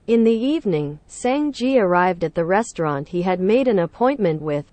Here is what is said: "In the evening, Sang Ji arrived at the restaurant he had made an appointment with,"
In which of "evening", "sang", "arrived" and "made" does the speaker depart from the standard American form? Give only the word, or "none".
none